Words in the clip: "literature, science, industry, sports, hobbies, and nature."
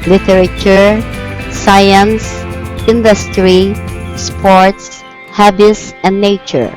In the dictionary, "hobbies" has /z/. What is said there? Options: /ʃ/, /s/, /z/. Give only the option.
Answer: /s/